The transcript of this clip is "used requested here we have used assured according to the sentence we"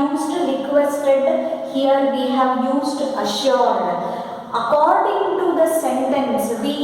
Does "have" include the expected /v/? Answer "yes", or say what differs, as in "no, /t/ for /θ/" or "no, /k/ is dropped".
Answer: yes